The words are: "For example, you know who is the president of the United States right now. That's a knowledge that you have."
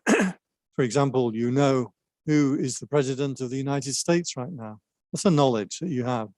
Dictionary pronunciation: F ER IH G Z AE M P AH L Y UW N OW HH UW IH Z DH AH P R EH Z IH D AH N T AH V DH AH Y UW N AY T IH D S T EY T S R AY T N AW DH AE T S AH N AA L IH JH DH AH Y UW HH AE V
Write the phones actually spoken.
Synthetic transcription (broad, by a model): F ER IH G Z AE M P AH L Y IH N OW HH UW IH Z DH AH P R EH Z IH D AH N T AH V DH AH Y UW N AY T IH D S T EY T S R AY T N AW DH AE T S AH N AA L IH JH DH AH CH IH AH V